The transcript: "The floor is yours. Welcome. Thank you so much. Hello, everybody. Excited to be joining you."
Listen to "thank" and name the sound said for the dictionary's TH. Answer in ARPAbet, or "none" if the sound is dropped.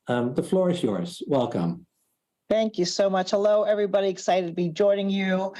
TH